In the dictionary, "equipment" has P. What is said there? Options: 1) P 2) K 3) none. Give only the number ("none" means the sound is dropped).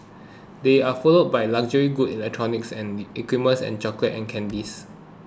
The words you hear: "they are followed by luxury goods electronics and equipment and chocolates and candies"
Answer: 3